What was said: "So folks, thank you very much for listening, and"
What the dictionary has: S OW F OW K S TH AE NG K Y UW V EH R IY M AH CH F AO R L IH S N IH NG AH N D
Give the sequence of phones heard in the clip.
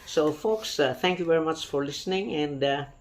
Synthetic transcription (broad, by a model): S OW F OW K S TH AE NG K Y UW V EH R IY M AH CH F AO R L IH S N IH NG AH N D